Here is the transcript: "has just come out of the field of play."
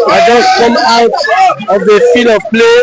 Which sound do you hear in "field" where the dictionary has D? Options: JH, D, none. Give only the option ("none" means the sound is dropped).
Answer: none